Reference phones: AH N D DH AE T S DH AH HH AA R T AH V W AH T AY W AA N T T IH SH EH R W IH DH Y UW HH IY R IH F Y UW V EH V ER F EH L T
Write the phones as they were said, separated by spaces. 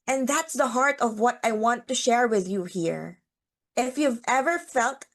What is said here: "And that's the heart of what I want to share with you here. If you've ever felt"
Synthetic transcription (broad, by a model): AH N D DH AE T S DH AH HH AA R T AH V W AH T AY W AA N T T IH SH EH R W IH DH Y UW HH IY R IH F Y UW V EH V ER F EH L T